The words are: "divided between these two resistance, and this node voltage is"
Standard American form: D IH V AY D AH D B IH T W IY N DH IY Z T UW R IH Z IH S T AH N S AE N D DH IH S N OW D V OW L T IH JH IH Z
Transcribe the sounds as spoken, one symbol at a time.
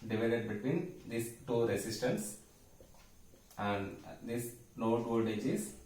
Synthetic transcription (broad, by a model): D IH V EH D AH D B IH T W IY N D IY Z T UW R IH S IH S T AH N S AE N D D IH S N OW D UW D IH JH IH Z